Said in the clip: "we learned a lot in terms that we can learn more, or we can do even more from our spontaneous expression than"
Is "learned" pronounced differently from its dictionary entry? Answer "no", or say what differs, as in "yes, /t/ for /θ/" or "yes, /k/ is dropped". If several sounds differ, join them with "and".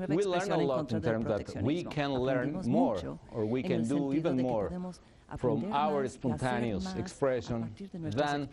yes, /d/ is dropped